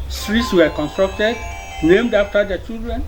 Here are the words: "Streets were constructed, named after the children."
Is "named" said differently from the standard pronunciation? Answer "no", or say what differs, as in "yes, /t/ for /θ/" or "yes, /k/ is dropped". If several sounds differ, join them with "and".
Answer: no